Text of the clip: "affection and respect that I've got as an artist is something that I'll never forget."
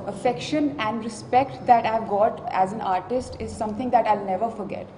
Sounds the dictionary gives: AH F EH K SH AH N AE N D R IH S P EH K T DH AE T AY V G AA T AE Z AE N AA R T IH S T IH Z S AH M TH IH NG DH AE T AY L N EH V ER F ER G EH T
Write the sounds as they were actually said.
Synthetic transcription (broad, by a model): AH F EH K SH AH N AE N D R IH S P EH K T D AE T AY V G AA T AE Z AE N AA R T IH S T IH Z S AH M T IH NG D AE T AY L N EH V ER F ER G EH T